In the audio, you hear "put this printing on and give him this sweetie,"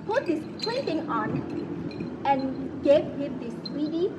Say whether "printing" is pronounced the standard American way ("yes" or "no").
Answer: no